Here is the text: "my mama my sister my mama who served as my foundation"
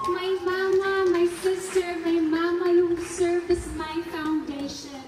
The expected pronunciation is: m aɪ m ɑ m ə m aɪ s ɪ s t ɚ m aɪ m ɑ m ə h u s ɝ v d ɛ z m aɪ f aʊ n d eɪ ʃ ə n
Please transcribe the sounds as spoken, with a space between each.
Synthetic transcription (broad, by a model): m aɪ m ɑ m ə m aɪ s ɪ s t ɚ m aɪ m ɑ m ə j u s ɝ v ɪ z m aɪ f aʊ n d eɪ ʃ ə n